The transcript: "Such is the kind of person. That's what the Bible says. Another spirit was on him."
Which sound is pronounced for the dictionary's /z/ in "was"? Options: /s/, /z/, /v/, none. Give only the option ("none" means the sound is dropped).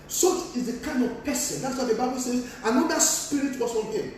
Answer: /s/